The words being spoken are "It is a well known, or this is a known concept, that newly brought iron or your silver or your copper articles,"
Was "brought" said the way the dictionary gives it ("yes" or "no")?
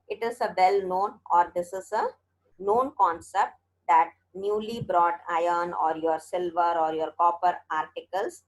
yes